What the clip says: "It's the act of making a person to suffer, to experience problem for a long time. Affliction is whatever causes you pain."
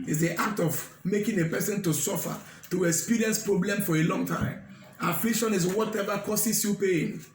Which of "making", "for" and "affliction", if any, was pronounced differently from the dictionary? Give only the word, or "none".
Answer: none